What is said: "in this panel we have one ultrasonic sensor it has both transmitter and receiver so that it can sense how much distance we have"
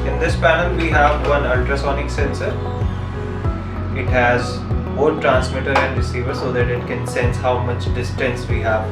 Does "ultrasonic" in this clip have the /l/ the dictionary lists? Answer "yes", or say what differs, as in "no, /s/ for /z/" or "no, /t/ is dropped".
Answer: yes